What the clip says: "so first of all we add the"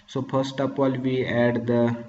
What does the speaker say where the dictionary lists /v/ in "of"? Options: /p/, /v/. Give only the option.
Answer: /p/